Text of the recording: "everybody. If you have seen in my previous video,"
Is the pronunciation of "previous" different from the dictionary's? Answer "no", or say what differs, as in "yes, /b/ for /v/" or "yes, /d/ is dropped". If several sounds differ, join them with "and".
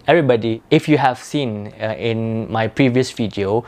no